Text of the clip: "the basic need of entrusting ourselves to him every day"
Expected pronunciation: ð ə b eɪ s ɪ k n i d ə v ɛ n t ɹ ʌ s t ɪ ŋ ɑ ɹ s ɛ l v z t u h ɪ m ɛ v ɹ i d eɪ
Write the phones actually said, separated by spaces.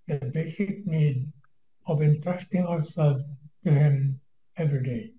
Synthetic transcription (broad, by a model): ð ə b eɪ s ɪ k n i d ə v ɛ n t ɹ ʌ s t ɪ ŋ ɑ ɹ s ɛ l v t u h ɪ m ɛ v ɹ i d eɪ